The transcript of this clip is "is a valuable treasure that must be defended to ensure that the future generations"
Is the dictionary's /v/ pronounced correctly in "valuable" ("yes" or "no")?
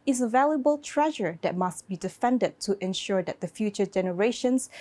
yes